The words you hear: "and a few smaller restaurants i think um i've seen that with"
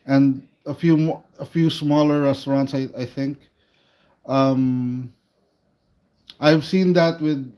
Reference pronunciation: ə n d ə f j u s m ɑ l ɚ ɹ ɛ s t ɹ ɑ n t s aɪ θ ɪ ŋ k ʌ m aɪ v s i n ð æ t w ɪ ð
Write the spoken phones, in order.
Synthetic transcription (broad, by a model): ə n d ə f j u s m ɑ l ɚ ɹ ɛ s t ɹ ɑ n t s aɪ θ ɪ ŋ k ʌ m aɪ v s i n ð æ t w ɪ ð